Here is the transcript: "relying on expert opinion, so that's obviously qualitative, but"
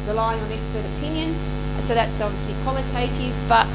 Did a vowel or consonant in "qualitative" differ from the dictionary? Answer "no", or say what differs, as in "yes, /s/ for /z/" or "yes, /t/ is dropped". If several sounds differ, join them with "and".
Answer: no